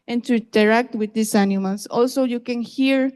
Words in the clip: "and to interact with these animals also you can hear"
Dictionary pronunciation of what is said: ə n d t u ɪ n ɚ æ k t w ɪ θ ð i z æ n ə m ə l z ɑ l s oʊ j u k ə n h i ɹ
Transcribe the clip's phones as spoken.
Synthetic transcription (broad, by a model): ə n t u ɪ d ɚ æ k t w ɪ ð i s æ n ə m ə l s ɑ l s oʊ j u k ə n h i ɹ